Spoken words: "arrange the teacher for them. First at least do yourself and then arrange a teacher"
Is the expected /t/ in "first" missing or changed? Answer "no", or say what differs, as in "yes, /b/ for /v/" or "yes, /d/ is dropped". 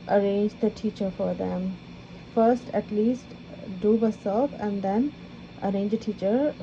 no